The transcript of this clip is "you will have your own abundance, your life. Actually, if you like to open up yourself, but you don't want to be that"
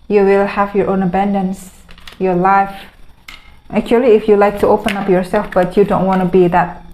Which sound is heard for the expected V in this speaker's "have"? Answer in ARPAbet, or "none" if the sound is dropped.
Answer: V